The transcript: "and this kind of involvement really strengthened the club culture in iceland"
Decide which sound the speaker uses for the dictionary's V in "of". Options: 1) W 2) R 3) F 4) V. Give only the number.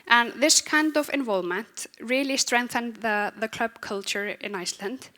4